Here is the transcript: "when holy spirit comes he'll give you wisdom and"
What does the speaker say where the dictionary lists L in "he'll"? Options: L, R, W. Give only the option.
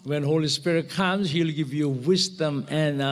L